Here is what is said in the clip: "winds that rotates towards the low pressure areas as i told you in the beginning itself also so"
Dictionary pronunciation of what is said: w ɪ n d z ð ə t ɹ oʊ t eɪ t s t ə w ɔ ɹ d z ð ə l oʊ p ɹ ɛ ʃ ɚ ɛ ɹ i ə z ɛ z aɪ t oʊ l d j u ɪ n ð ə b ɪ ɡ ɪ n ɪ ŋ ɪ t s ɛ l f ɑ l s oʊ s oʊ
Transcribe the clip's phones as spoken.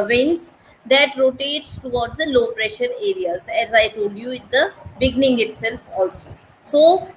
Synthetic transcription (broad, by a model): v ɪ n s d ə t ɹ oʊ t eɪ t s t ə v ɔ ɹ d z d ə l oʊ p ɹ ɛ ʃ ɚ ɛ ɹ i ə z ɛ z aɪ t oʊ l d j u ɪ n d ə b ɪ ɡ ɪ n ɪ ŋ ɪ t s ɛ l f ɑ l s oʊ s oʊ